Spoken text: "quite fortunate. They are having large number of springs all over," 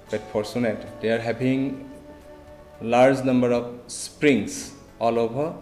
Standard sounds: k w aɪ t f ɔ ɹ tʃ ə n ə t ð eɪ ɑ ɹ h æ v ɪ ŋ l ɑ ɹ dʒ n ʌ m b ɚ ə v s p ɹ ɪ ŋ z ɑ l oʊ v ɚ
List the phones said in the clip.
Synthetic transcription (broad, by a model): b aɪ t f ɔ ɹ s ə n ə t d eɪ ɑ ɹ h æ b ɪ ŋ l ɑ ɹ dʒ n ʌ m b ɚ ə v s p ɹ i ŋ s ɑ l oʊ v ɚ